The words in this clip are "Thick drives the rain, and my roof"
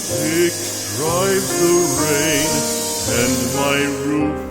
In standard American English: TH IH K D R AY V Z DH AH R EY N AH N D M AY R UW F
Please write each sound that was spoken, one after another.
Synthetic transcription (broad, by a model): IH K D R AY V DH AH R EY N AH N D M AY R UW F